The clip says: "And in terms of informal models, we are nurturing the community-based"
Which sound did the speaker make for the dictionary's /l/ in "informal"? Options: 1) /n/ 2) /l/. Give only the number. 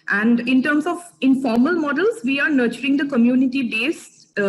2